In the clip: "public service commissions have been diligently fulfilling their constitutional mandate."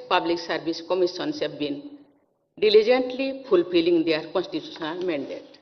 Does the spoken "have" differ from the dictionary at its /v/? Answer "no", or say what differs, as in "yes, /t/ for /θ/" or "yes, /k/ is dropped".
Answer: yes, /b/ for /v/